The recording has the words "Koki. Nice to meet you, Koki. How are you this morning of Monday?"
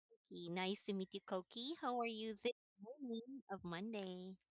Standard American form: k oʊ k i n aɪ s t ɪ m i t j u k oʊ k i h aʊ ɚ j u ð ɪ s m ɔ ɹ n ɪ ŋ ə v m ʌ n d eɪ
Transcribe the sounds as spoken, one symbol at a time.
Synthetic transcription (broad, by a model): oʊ k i n aɪ s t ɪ m i t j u k oʊ k i h aʊ ɚ j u ð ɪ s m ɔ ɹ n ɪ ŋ ə v m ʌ n d eɪ